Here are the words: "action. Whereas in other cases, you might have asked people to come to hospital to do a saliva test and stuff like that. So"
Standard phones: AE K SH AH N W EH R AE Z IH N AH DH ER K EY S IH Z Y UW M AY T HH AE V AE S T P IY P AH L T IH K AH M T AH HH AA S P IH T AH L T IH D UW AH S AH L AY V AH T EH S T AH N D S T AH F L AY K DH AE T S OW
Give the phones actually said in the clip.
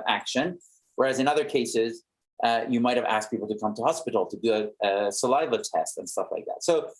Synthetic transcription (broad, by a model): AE K SH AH N W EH R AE Z IH N AH DH ER K EY S IH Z Y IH M AY T HH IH V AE S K P IY P L T IH K AH M T AH HH AA S P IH T L T IH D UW AH S AH L AY V AH T EH S T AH N S T AH F L AY K DH AE T S OW